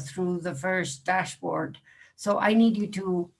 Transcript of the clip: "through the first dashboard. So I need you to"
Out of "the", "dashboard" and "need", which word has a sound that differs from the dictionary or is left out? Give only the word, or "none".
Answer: none